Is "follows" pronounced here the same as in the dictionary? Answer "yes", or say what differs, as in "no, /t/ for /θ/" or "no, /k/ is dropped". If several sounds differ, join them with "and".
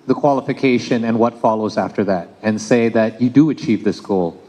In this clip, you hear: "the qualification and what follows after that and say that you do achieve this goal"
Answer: yes